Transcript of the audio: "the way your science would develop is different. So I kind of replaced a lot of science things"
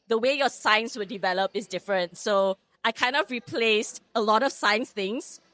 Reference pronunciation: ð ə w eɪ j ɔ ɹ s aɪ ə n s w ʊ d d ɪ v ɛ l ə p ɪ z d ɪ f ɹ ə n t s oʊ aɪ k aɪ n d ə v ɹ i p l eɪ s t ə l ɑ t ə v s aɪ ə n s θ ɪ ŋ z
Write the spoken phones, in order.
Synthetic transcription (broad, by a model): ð ə w eɪ j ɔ s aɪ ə n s w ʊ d d ɪ v ɛ l ə p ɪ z d ɪ f ɹ ə n t s oʊ aɪ k aɪ n d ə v ɹ i p l eɪ s t ə l ɑ t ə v s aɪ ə n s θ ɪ ŋ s